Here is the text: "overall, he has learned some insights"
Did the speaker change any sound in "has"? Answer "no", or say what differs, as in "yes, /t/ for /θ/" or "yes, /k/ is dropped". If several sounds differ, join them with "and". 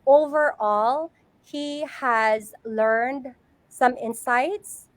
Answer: no